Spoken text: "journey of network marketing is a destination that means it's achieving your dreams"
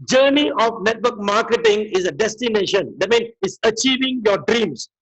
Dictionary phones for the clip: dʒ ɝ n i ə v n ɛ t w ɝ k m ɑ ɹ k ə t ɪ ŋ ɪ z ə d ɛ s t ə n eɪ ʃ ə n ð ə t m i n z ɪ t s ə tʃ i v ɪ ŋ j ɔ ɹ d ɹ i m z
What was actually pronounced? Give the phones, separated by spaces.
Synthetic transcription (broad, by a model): dʒ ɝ n i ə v n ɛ t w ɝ k m ɑ k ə t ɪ ŋ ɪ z ə d ɛ s t ə n eɪ ʃ ə n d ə t m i n ɪ t s ə tʃ i v ɪ ŋ j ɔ d ɹ i m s